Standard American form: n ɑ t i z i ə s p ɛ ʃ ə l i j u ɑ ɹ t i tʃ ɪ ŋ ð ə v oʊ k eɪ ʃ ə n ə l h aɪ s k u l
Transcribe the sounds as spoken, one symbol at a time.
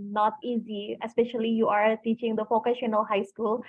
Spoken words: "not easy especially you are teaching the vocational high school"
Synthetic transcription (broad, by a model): n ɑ t i z i ə s p ɛ ʃ ə l i j u ɑ ɹ t i tʃ ɪ ŋ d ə f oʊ k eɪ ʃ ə n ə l h aɪ s k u l